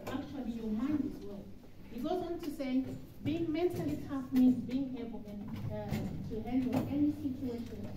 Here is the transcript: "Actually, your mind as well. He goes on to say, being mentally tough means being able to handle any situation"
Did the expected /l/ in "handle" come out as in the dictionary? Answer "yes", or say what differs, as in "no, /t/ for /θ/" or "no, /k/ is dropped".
no, /n/ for /l/